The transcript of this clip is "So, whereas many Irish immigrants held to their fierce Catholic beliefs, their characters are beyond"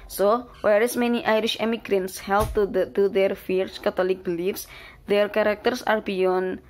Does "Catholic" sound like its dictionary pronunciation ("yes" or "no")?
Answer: no